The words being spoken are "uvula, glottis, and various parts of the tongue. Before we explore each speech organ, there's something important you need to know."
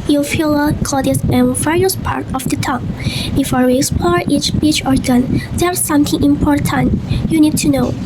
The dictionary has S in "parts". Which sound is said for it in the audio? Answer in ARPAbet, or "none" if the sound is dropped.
none